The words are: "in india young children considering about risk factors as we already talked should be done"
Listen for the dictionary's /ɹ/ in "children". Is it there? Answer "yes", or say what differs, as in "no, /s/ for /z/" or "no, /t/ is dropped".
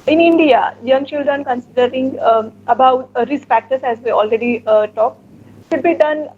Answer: yes